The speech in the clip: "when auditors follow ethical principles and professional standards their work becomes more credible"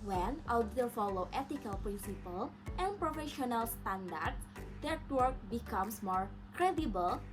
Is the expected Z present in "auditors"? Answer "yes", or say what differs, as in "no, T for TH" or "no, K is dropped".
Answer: no, Z is dropped